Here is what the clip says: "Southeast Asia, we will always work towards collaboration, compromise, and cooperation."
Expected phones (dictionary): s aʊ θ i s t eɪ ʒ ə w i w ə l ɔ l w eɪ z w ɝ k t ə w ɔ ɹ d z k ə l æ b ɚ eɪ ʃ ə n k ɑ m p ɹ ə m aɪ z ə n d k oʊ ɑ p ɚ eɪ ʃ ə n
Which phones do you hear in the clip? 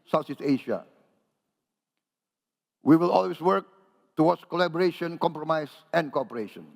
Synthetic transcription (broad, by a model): s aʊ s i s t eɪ ʃ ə w i w ə l ɔ l w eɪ s w ɝ k t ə w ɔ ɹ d s k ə l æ b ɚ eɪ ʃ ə n k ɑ m p ɹ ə m aɪ s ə n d k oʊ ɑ p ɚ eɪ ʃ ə n